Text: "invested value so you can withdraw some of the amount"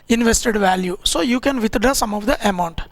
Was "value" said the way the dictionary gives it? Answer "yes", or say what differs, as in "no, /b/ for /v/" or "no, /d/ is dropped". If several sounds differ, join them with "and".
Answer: yes